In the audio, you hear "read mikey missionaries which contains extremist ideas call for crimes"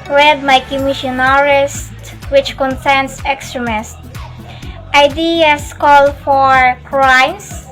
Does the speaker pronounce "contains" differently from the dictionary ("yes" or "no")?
yes